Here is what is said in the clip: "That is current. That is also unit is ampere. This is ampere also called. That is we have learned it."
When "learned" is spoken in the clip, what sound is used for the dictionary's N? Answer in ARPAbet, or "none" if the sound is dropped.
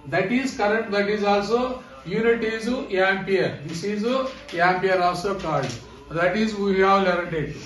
none